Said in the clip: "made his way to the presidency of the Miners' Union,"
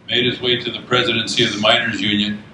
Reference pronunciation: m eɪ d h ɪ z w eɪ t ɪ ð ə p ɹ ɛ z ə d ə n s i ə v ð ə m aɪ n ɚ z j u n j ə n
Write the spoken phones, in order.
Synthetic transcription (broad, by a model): m eɪ d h ɪ z w eɪ t ɪ ð ə p ɹ ɛ z ə d ə n s i ə v ð ə m aɪ n ɚ z j u n j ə n